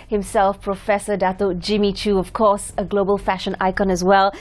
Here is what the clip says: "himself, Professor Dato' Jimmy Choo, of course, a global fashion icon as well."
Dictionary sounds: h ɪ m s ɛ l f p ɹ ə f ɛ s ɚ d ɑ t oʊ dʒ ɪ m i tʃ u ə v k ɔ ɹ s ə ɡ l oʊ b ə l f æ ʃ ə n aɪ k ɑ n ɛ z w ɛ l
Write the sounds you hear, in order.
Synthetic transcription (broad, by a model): h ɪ m s ɛ l f p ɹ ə f ɛ s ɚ d ɑ t oʊ dʒ ɪ m i tʃ u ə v k ɔ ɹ s ə ɡ l oʊ b ə l f æ ʃ ə n aɪ k ɑ n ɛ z w ɛ l